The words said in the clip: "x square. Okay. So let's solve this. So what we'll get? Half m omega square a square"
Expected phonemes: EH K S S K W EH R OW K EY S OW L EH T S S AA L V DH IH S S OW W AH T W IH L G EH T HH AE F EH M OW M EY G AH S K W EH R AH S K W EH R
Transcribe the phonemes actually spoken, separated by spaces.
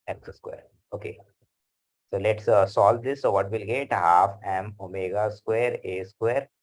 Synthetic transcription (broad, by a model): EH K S S K W EH R OW K EY S OW L EH T S S AA L V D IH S S OW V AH T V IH L G EH T HH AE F EH M OW M EY G AH S K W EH R AH S K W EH R